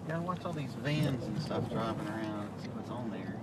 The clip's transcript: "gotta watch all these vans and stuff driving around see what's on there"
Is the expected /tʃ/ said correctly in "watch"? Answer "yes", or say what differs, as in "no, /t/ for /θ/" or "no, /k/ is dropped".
no, /s/ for /tʃ/